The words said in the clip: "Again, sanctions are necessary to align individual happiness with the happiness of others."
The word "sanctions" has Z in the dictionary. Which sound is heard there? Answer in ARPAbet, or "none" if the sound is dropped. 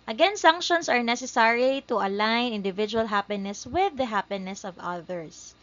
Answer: S